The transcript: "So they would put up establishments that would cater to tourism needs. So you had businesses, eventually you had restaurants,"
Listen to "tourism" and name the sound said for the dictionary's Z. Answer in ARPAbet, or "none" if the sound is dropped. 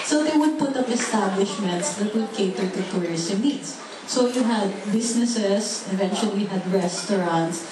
S